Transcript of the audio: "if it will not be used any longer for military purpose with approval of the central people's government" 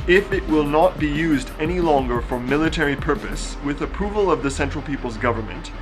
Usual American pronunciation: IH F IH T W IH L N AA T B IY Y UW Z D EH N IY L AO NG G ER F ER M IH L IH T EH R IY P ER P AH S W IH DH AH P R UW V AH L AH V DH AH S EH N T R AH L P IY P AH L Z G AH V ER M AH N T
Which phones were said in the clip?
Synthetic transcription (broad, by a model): IH F IH T W IH L N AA T B IY Y UW Z D EH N IY L AO NG G ER F ER M IH L IH T EH R IY P ER P AH S W IH DH AH P R UW V AH L AH V DH AH S EH N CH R L P IY P L Z G AH V ER M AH N T